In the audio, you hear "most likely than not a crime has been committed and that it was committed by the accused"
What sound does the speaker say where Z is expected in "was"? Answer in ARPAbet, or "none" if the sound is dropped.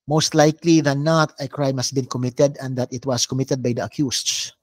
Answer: S